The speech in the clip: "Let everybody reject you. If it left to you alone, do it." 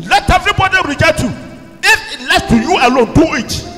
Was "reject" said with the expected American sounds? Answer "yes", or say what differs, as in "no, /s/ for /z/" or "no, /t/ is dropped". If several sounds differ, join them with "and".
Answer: no, /k/ is dropped